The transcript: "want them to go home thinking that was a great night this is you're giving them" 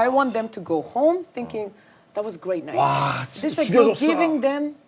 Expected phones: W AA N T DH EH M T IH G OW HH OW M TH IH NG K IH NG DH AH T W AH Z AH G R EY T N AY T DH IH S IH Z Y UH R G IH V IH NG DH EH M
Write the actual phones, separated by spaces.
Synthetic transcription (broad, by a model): W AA N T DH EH M T IH G OW HH OW M TH IH NG K IH NG DH AH T W AH Z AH G R EY T N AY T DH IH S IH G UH G IH V IH NG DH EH M